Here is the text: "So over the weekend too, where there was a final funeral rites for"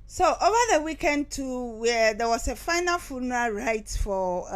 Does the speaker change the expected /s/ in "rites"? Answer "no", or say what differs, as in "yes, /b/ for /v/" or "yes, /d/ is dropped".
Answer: yes, /s/ is dropped